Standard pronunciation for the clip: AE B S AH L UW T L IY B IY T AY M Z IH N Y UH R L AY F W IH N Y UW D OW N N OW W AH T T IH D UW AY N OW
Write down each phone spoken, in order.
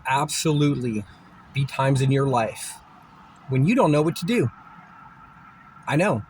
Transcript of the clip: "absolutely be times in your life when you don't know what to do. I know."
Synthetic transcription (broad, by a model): AE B S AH L UW T L IY B IY T AY M Z IH N Y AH R L AY F W IH N Y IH D OW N N OW W AH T T IH D UW AY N OW